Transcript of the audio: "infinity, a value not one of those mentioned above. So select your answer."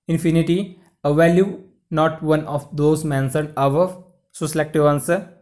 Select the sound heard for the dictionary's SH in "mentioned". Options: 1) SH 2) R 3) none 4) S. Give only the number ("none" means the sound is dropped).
4